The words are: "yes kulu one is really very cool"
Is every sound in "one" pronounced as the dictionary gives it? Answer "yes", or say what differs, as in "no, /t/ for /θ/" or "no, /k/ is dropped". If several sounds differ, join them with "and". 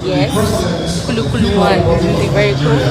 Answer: no, /l/ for /n/